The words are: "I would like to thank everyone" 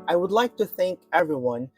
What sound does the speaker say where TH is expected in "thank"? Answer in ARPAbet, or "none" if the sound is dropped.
TH